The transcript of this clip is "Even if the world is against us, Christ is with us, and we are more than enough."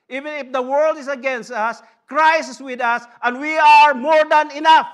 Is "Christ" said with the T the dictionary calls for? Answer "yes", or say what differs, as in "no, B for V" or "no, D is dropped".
no, T is dropped